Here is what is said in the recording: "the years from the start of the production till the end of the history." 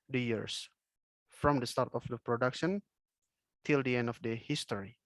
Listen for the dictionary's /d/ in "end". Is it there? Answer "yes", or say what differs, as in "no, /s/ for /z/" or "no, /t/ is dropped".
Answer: yes